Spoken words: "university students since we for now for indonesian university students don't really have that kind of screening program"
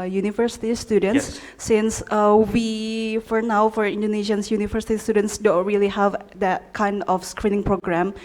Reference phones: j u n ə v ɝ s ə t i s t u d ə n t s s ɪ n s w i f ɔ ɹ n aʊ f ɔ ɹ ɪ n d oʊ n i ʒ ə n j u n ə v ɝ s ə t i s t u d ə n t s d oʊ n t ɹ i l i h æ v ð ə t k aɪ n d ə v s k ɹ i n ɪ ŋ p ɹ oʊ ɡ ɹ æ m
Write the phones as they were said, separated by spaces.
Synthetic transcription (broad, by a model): j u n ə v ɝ s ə t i s t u d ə n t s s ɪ n s w i f ɔ ɹ n aʊ f ɔ ɹ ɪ n d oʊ n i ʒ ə n j u n ə v ɝ s ə t i s t u d ə n t s d oʊ n t ɹ i l i h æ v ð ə t k aɪ n d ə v s k ɹ i n ɪ ŋ p ɹ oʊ ɡ ɹ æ m